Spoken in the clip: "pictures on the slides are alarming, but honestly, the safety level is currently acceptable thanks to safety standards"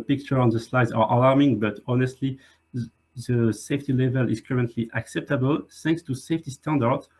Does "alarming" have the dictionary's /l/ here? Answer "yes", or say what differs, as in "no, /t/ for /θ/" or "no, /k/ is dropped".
yes